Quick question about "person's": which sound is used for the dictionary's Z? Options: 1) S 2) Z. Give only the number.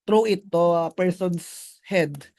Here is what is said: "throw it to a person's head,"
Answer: 1